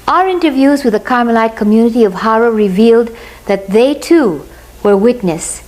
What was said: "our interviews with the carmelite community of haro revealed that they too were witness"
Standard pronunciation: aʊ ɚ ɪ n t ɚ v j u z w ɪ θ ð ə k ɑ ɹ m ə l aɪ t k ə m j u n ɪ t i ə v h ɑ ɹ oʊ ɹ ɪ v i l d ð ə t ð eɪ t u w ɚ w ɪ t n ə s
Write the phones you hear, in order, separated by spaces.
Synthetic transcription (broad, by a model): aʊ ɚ ɪ n t ɚ v j u z w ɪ ð ə k ɑ ɹ m ə l aɪ t k ə m j u n ɪ t i ə v h ɑ ɹ oʊ ɹ ɪ v i l d ð ə t ð eɪ t u w ɚ w ɪ t n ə s